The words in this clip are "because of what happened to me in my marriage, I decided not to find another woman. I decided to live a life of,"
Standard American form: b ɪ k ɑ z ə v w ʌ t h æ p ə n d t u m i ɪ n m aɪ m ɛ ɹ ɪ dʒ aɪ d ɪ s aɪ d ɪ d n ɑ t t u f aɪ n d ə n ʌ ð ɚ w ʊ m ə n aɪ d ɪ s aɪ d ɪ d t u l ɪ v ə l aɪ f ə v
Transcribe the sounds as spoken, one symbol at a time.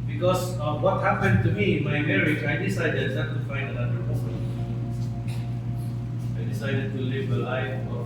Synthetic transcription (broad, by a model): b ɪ k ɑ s w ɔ t h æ p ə n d t u m i ɪ n m aɪ m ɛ ɹ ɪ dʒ aɪ d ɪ s aɪ d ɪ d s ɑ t t u f aɪ n d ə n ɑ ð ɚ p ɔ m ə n aɪ d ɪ s aɪ d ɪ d t u l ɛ b ə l aɪ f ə